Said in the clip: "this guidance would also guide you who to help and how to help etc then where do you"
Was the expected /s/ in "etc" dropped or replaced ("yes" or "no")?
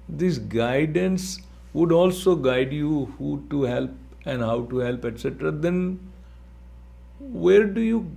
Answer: no